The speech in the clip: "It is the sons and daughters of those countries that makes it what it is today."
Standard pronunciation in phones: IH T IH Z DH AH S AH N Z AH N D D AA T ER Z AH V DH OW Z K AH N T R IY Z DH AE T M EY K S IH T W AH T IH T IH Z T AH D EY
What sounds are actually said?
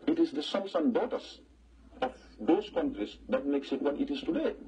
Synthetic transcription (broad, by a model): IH T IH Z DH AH S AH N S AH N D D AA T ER S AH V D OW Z K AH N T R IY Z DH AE T M EY K S IH T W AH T IH T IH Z T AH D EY